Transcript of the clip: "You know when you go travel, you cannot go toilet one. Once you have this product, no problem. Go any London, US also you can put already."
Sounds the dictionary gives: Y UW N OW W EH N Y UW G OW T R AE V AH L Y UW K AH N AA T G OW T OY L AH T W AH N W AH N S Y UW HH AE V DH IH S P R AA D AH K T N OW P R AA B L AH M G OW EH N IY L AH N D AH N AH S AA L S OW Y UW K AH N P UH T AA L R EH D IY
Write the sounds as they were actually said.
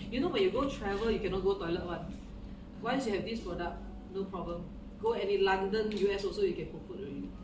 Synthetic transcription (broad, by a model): Y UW N OW W EH N Y UW G OW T R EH V AH L Y UW K AH N AA T G OW T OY L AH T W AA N W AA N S Y UW HH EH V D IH S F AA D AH T N OW P R AA B L AH M G OW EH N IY L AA N D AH N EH S AA L S OW Y UW K AH N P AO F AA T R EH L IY